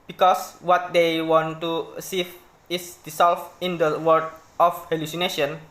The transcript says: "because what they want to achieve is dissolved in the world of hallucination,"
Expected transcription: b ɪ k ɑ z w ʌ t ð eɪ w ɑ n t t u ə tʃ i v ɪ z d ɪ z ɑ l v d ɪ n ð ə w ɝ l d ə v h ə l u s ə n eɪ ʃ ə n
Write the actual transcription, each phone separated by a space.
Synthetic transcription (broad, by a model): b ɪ k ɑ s w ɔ t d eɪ w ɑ n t t u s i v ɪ s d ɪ s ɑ l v ɪ n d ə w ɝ d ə f h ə l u s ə n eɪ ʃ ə n